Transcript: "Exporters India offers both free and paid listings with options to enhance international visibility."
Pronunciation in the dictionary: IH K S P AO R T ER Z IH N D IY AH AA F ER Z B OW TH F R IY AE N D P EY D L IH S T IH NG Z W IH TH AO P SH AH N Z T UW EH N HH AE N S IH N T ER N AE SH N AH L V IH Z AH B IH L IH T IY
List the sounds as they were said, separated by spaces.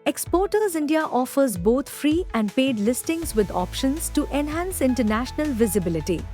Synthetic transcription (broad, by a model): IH K S P AO R T ER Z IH N D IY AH AA F ER Z B OW T F R IY AE N D P EY D L IH S T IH NG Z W IH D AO P SH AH N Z T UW EH N HH AE N S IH N T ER N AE SH N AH L V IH Z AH B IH L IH T IY